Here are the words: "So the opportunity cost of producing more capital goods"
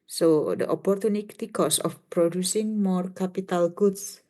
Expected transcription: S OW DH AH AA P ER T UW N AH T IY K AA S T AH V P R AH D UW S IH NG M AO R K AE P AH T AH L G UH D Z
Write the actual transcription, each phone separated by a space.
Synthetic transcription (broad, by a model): S OW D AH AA P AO T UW N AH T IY K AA S AH F P R AH D UW S IH NG M AO R K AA P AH T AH L G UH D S